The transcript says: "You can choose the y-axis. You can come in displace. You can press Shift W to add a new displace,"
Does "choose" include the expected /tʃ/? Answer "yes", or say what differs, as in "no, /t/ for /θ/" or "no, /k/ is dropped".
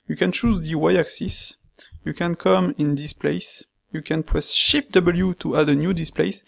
yes